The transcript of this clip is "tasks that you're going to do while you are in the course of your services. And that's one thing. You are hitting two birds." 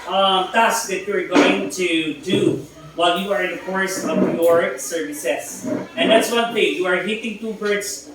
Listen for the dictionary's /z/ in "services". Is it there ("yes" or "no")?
no